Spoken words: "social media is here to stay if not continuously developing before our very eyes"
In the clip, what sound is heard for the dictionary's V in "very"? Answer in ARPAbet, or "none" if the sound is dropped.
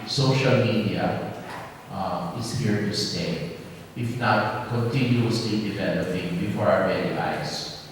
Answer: B